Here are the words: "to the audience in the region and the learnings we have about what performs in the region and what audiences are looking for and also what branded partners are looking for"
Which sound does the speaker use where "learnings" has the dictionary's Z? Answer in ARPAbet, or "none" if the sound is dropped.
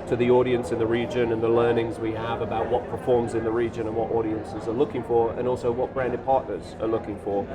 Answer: Z